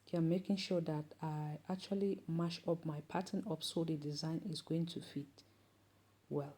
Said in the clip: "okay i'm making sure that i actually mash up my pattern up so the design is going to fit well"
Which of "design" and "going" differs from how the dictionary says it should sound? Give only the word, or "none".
none